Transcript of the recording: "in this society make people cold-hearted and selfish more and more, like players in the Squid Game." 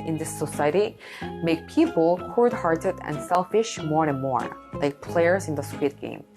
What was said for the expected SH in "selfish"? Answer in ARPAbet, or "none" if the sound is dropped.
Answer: SH